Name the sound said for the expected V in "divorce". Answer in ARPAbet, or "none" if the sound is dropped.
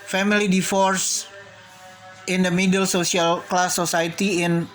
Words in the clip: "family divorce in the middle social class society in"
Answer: F